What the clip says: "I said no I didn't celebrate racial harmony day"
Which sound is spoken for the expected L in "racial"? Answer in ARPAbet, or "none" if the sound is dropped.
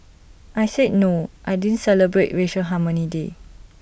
N